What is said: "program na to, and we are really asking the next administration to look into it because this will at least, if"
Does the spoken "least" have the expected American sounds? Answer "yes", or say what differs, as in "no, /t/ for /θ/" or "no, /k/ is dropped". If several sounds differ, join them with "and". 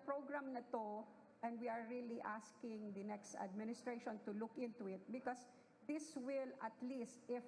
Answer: yes